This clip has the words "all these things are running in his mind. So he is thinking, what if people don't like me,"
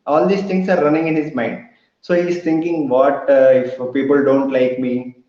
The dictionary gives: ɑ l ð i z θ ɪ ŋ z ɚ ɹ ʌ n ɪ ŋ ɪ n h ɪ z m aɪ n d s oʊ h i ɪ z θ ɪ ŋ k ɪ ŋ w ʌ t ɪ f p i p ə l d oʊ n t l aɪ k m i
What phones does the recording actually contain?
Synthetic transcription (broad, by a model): ɑ l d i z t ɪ ŋ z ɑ ɹ ʌ n ɪ ŋ ɪ n h ɪ z m aɪ n d s oʊ h i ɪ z t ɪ ŋ k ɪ ŋ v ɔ t ɪ f p i p ə l d oʊ n t l aɪ k m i